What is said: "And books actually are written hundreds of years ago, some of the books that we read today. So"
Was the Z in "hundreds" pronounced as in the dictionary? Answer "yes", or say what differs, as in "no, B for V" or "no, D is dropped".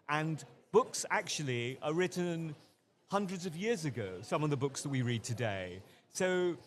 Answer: yes